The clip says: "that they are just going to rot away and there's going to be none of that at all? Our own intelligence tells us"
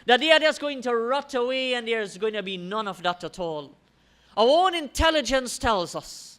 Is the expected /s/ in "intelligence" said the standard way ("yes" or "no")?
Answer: yes